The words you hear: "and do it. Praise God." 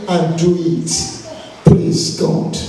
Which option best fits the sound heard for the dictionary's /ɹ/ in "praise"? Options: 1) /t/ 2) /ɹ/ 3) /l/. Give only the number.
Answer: 3